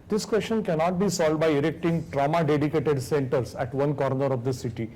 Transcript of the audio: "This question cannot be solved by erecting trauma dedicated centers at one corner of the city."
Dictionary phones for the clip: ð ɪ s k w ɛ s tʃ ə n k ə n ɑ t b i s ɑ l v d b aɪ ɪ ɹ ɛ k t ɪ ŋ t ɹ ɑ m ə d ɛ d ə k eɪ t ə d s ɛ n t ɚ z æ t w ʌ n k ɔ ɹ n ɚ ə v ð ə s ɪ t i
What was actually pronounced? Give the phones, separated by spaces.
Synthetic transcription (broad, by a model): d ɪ s k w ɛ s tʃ ə n k ə n ɑ t b i s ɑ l d b aɪ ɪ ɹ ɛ k t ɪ ŋ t ɹ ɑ m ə d ɛ d ə k eɪ t ə d s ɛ n t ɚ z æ t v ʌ n k ɔ ɹ n ɚ ə v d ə s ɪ t i